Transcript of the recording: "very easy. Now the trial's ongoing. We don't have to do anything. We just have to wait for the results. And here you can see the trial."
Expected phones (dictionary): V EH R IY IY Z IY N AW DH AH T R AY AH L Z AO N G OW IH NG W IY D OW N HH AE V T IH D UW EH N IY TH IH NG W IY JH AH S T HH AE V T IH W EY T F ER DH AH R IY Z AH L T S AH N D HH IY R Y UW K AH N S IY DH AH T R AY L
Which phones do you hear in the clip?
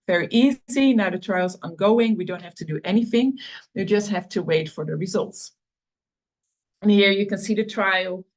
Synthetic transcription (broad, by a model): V EH R IY IY Z IY N AW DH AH T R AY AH L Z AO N G OW IH NG W IY D OW N HH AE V T IH D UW EH N IY TH IH NG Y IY JH AH S T HH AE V T IH W EY T F ER DH AH R IY Z AH L T S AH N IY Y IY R Y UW K AH N S IY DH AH T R AY L